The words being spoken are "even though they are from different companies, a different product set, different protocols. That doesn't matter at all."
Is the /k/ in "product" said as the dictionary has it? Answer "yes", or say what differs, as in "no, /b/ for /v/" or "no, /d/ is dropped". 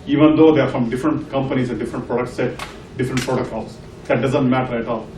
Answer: yes